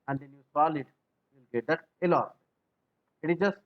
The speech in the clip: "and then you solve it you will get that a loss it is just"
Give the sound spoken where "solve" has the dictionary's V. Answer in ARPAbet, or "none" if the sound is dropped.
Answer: none